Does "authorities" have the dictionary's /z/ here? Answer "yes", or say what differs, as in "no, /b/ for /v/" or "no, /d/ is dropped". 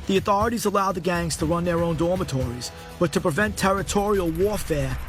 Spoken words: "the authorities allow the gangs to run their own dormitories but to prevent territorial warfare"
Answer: yes